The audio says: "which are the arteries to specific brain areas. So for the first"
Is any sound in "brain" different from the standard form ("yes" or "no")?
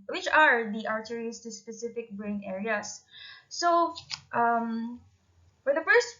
no